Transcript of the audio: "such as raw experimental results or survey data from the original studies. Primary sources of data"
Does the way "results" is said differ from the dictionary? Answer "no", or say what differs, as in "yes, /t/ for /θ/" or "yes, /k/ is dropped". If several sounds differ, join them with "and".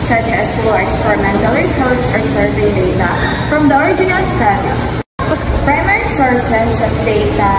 yes, /s/ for /z/